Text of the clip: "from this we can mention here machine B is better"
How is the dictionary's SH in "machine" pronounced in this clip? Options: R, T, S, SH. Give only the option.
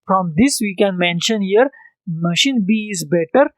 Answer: SH